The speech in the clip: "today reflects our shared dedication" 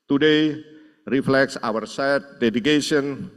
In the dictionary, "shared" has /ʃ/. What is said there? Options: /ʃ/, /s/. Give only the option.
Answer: /s/